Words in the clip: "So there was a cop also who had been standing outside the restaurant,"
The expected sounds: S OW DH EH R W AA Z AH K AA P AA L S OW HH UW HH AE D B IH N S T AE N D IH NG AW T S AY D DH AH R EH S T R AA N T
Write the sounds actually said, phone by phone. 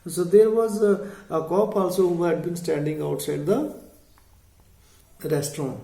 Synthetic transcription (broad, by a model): S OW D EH R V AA Z AH K AA P AA L S OW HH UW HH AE D B IH N S T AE N D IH NG AW T S AY D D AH R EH S T R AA N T